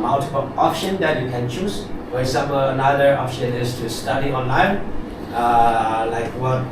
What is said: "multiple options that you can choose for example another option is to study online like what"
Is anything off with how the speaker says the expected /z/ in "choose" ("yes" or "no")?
yes